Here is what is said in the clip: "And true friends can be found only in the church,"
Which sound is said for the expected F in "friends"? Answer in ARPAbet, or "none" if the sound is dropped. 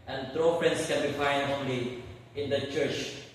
P